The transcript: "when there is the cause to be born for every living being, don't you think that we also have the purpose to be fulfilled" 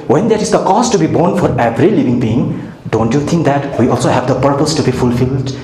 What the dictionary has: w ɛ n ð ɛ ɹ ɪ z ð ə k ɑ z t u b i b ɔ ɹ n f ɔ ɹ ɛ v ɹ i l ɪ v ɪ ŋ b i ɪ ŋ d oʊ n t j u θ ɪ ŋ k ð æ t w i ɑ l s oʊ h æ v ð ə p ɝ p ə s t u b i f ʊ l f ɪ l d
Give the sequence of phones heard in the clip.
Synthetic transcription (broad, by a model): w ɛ n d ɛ ɹ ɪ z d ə k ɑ s t u b i b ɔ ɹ n f ɔ ɹ ɛ v ɹ i l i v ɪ ŋ b i ɪ ŋ d oʊ n t j u t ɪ ŋ k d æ t w i ɑ l s oʊ h æ v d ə p ɝ p ə s t u b i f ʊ l f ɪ l d